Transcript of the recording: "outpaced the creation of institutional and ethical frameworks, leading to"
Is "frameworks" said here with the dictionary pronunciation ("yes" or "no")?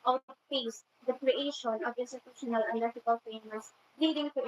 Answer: no